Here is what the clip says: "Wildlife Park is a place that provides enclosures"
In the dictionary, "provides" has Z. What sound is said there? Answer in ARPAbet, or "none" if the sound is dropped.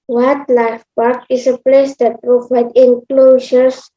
none